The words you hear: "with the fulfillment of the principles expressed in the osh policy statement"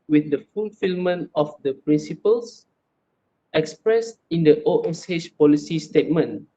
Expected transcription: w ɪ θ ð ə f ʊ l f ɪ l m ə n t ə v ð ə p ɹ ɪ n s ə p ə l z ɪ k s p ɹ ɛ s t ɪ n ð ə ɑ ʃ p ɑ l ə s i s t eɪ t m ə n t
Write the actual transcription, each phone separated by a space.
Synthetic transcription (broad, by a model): w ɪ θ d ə f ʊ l f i l m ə n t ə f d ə p ɹ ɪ n s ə p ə l s ɪ k s p ɹ ɛ s t ɪ n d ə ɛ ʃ p ɑ l ə s i s t eɪ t m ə n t